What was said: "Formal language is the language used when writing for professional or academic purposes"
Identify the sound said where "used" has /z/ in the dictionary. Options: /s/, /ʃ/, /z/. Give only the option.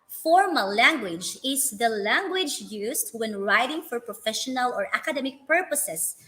/s/